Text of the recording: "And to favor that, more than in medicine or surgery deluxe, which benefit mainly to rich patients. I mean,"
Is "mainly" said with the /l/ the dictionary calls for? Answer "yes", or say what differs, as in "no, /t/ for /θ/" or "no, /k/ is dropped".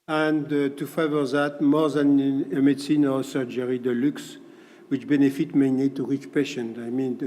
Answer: no, /l/ is dropped